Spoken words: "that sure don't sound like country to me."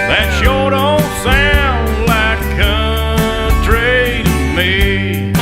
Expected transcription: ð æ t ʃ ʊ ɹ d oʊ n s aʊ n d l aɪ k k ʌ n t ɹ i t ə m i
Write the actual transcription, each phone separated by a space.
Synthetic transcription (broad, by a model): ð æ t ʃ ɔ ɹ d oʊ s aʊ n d l aɪ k k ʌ t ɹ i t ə m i